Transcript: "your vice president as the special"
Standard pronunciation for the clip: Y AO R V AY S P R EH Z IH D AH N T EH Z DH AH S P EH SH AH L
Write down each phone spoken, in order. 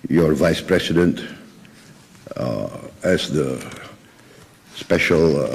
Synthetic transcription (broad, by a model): Y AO R V AY S P R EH S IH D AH N T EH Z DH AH S P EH SH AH L